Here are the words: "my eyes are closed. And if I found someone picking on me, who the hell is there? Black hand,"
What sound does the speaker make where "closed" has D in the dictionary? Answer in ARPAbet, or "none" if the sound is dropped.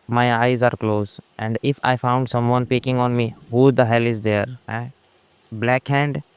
none